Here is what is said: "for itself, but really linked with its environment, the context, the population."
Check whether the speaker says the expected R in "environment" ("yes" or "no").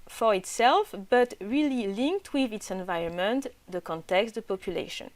yes